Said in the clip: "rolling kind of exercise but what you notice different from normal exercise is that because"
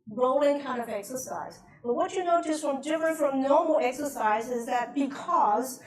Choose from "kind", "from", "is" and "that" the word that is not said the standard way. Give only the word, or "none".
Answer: none